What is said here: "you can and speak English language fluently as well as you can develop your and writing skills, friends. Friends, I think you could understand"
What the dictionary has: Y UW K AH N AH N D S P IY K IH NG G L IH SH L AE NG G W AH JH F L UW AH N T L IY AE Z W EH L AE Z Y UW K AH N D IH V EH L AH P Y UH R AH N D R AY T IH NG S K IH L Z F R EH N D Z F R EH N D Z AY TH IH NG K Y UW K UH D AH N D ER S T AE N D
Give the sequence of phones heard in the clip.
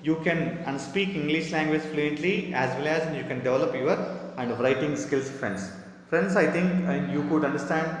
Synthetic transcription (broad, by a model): Y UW K AH N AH N S P IY K IH NG G L IH SH L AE NG G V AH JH F L UW AH N T L IY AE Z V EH L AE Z Y UW K AH N D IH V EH L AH P Y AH R AH N D R AY T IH NG S K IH L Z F R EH N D S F R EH N D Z AY T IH NG K Y UW K UH D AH N D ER S T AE N D